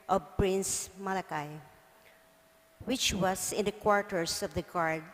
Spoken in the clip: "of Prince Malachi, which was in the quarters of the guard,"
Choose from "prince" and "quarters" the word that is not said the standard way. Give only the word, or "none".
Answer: quarters